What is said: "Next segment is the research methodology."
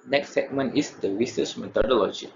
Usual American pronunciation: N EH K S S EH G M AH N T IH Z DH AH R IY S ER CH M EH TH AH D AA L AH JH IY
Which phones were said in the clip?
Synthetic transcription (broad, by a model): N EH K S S EH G M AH N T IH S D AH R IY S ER S M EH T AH D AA L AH JH IY